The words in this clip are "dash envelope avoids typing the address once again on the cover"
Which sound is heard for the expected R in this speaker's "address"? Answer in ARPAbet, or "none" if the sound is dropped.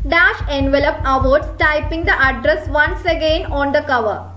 R